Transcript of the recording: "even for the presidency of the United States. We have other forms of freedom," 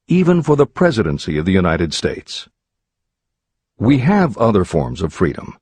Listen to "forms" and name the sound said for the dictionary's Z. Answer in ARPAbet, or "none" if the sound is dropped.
Z